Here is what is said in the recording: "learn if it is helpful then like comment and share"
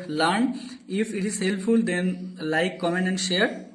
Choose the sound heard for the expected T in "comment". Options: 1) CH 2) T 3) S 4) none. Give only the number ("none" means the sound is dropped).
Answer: 4